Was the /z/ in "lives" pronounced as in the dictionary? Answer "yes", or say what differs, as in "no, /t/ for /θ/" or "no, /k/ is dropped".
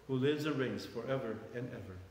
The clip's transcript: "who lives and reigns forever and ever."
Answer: yes